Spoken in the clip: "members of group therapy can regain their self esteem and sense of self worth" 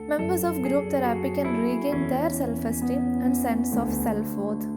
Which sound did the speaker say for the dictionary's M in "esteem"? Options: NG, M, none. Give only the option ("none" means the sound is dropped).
none